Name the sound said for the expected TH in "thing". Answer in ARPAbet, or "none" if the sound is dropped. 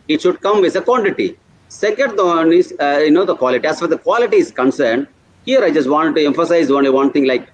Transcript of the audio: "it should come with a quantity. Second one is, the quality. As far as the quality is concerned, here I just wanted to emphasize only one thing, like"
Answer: T